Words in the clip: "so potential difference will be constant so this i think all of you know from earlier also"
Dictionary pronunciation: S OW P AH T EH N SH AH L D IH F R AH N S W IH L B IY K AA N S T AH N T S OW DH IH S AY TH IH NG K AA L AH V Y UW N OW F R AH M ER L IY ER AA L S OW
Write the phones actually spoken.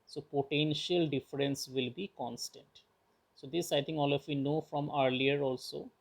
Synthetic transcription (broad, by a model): S OW P AH T EH N SH AH L D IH F R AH N S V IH L B IY K AA N S T AH N T S OW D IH S AY T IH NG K AA L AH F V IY N OW F R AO M ER L IY ER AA L S OW